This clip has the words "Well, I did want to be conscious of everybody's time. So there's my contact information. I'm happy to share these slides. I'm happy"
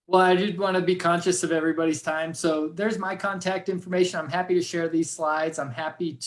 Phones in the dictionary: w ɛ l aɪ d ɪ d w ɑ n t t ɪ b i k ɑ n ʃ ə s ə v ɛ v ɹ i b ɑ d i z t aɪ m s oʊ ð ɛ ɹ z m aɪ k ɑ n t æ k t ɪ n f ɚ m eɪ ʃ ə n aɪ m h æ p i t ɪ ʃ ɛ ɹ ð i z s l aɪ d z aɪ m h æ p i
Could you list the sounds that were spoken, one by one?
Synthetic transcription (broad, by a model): w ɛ l aɪ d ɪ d w ɑ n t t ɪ b i k ɑ n ʃ ə s ə v ɛ v ɹ i b ɑ d i z t aɪ m s oʊ ð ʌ ɹ z m aɪ k ɑ n t æ k t ɪ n f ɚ m eɪ ʃ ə n aɪ m h æ p i t ɪ ʃ ɛ ɹ ð i z s l aɪ d z aɪ m h æ p i